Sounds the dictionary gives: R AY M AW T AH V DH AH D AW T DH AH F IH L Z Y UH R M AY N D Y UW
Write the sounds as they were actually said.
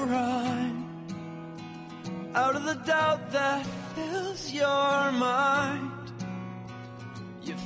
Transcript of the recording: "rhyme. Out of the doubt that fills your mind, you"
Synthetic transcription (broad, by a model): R AY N AW T AH V DH AH D AW T DH AH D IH Z Y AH R M AY N D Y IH